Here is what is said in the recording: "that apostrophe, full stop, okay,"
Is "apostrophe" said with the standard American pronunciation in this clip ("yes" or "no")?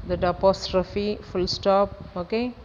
yes